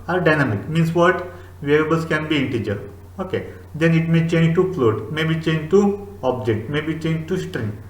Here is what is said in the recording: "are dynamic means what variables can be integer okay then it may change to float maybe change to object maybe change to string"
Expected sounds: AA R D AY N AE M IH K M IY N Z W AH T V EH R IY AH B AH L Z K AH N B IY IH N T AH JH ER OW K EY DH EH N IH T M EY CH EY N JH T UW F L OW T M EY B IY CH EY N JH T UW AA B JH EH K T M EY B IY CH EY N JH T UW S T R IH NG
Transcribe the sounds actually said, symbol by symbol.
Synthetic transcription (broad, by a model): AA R D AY N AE M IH K M IY N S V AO T V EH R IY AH B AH L S K AH N B IY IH N T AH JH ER OW K EY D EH N IH T M EY CH EY N JH T UW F L OW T M EY B IY CH EY N JH T UW AA B JH EH K T M EY B IY CH EY N JH T UW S T R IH NG